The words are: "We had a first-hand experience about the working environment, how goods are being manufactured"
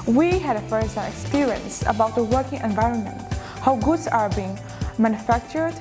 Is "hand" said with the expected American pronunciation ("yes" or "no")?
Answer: no